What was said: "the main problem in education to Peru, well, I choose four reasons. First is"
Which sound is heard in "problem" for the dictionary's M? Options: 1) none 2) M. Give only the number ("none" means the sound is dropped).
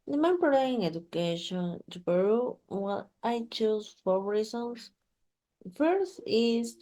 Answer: 1